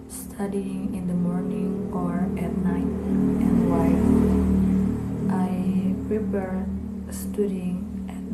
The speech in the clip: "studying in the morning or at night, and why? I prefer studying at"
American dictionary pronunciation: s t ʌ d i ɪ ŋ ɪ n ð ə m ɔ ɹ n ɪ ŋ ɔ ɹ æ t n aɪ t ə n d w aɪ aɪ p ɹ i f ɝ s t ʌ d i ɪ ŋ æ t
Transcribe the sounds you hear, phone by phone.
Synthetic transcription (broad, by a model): s t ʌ d i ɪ ŋ ɪ n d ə m ɔ ɹ n ɪ ŋ ɔ ɹ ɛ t n aɪ t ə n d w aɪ aɪ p ɹ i p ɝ s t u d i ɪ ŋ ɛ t